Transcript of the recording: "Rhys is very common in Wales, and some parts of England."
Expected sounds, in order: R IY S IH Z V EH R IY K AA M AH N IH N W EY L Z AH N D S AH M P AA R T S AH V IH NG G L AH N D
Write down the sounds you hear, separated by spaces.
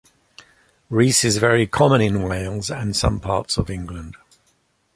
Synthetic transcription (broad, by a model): R IY S IH Z V EH R IY K AA M AH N IH N W EY L Z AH N S AH M P AA T S AH V IH NG G L AH N D